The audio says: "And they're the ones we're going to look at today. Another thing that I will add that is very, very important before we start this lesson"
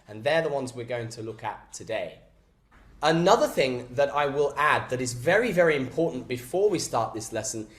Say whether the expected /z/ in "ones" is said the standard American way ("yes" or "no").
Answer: yes